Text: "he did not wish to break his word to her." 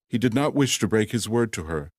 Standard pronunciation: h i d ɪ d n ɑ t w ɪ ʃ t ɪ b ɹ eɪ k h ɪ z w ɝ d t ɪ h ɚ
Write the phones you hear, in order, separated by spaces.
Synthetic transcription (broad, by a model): h i d ɪ d n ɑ t w ɪ ʃ t ɪ b ɹ eɪ k h ɪ z w ɝ d t ɪ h ɚ